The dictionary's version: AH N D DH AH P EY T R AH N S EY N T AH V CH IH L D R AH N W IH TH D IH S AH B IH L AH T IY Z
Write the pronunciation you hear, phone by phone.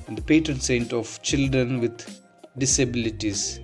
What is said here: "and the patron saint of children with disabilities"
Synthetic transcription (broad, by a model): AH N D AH P EY T R AH N S EY N T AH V CH IH L D R AH N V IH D D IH S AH B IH L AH T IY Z